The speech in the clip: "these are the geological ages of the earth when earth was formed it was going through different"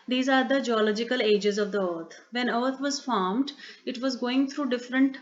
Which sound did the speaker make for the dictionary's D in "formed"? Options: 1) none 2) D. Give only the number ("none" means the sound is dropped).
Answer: 2